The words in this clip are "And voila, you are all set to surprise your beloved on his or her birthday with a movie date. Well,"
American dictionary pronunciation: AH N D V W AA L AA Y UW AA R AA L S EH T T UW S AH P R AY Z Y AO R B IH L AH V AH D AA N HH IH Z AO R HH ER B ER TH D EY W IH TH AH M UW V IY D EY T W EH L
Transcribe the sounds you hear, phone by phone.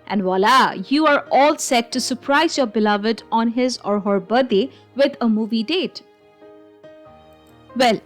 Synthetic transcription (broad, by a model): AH N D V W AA L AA Y UW AA R AA L S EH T T UW S AH P R AY Z Y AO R B IH L AH V AH D AA N HH IH Z AO R HH ER B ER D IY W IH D AH M UW V IY D EY T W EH L